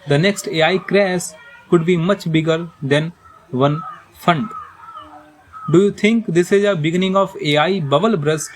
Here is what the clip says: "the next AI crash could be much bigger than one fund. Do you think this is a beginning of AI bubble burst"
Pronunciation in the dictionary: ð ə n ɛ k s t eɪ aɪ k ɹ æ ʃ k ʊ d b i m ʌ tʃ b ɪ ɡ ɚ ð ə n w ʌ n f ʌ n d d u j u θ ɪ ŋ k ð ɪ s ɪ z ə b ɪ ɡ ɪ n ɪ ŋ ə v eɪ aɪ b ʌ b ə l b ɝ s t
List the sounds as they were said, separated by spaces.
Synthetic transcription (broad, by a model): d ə n ɛ k s t eɪ aɪ k ɹ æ s k ʊ d b i m ʌ tʃ b ɪ ɡ ɚ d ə n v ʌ n f ʌ n d d u j u t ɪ ŋ k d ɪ s ɪ z ə b ɪ ɡ ɪ n ɪ ŋ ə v eɪ aɪ b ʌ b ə l b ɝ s